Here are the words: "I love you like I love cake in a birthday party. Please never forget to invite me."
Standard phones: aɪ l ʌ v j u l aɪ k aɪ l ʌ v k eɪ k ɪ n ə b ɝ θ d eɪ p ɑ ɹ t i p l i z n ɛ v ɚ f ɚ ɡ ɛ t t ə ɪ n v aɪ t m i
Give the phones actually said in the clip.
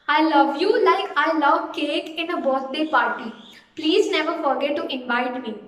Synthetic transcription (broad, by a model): aɪ l ʌ v j u l aɪ k aɪ l ʌ v k eɪ k ɪ n ə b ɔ s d eɪ p ɑ ɹ t i p l i z n ɛ v ɚ f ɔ ɡ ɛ t t ɪ n v aɪ t m i